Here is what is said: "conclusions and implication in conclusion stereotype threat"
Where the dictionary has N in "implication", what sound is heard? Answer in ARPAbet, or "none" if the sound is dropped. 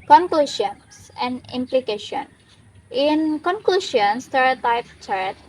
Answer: N